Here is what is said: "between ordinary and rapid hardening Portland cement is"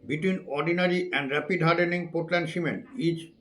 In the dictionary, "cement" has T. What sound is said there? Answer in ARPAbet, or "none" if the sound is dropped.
none